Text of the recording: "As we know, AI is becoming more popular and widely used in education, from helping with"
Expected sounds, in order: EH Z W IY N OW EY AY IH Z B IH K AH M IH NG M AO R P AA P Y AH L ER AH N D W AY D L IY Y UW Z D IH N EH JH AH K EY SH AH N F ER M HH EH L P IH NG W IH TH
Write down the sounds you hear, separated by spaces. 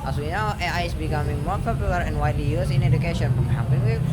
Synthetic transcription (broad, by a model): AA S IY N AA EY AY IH S B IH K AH M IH NG M AO R P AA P Y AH L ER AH N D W AY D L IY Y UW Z IH N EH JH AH K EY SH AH N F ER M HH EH P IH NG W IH